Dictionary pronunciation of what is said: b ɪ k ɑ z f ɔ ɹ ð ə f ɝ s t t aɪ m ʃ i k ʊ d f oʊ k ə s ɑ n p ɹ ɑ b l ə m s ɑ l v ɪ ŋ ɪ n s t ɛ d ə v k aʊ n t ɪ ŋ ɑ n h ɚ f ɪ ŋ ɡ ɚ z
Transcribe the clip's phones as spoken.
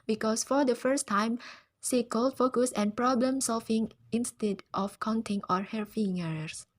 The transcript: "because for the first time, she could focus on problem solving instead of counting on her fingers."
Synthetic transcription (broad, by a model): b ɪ k ɑ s f ɔ ɹ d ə f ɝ s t t aɪ m s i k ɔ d f oʊ k ə s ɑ n p ɹ ɑ b l ə m s ɑ l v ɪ ŋ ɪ n s t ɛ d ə f k aʊ n t ɪ ŋ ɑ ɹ h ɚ f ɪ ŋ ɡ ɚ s